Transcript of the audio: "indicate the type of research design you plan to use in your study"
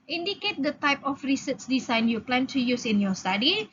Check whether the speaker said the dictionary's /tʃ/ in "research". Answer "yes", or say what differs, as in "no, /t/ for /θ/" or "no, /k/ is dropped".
no, /s/ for /tʃ/